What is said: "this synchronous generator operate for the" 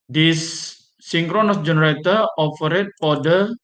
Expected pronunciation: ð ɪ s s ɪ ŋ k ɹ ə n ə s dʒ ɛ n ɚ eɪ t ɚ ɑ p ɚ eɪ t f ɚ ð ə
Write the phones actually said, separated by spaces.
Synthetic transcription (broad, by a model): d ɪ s s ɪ ŋ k ɹ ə n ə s dʒ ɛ n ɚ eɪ t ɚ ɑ f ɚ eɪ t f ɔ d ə